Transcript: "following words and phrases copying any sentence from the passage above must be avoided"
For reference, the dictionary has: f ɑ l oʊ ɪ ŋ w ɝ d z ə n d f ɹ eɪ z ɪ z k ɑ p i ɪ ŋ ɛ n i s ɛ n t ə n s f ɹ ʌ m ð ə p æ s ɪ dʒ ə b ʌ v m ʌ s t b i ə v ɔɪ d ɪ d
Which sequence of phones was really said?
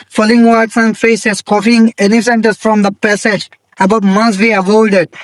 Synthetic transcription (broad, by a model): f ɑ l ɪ ŋ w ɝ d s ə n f eɪ s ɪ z k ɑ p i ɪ ŋ ɛ n i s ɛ n t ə s f ɹ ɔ m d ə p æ s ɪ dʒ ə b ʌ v m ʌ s b i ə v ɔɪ d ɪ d